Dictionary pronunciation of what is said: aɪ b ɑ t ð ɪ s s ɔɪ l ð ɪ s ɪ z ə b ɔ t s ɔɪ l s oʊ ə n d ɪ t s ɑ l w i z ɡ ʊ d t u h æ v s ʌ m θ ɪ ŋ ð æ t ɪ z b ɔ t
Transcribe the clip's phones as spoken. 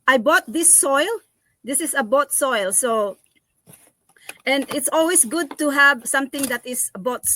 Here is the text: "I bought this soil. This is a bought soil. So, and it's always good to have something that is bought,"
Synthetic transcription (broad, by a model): aɪ b ɑ t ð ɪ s s ɔɪ l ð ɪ s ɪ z ə b ɔ t s ɔɪ l s oʊ ə n d ɪ t s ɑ l w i s ɡ ʊ d t u h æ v s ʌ m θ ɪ ŋ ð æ t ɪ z b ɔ t